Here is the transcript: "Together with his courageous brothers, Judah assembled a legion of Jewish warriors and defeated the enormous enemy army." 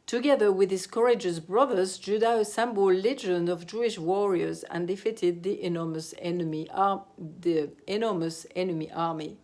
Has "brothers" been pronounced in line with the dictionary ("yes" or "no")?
yes